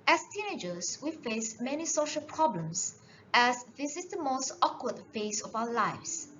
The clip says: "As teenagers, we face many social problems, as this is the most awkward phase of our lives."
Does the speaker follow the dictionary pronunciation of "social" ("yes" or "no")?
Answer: yes